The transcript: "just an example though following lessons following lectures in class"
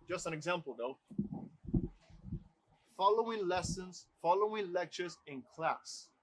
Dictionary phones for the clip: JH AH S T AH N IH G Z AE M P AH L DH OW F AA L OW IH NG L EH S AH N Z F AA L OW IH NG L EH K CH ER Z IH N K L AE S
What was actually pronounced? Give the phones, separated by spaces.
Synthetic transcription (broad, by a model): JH AH S T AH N IH G Z AE M P AH L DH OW F AA L OW IH NG L EH S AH N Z F AA L OW IH NG L EH K CH ER Z IH N K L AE S